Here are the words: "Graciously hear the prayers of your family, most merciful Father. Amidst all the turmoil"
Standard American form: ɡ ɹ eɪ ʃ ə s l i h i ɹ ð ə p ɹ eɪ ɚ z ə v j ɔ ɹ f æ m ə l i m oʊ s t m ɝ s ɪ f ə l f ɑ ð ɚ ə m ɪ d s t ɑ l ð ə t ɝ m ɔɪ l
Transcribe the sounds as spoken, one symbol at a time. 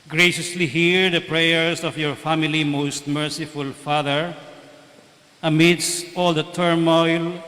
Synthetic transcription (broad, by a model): ɡ ɹ eɪ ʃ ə s l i h i ɹ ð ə p ɹ eɪ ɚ s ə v j ɔ ɹ f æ m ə l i m oʊ s t m ɝ s ɪ f ə l f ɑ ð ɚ ə m ɪ d s t ɑ l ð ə t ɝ m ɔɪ l